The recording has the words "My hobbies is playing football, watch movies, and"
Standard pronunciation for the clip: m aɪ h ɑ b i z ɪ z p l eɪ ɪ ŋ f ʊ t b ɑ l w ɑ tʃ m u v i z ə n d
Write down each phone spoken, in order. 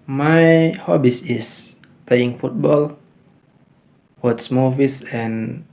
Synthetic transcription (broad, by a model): m aɪ h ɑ b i s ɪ s p l eɪ ɪ ŋ f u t b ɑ l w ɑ s m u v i s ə n